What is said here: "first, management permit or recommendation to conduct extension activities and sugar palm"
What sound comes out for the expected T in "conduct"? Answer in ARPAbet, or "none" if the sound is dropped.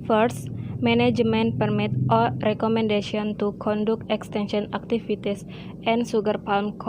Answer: none